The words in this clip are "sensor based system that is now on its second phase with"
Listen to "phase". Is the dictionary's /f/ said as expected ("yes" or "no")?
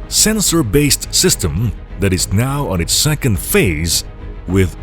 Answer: yes